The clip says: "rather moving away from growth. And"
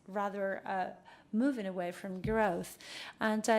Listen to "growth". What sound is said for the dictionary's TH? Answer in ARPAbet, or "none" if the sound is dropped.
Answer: TH